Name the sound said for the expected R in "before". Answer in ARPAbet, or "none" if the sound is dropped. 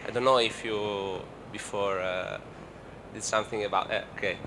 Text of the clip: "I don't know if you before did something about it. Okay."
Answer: R